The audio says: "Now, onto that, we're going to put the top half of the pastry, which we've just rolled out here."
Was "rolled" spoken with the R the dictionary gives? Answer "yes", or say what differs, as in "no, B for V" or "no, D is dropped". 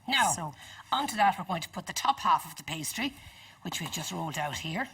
yes